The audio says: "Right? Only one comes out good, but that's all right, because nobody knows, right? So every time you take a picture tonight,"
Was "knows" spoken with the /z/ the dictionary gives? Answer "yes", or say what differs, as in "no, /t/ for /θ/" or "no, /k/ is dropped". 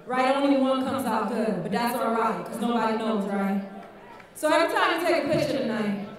yes